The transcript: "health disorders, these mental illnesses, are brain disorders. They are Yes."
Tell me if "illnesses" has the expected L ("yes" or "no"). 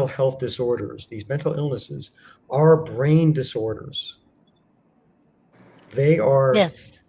yes